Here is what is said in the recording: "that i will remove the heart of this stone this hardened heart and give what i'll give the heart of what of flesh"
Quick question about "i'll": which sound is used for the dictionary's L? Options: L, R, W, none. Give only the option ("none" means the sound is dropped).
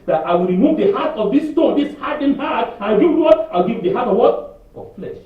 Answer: W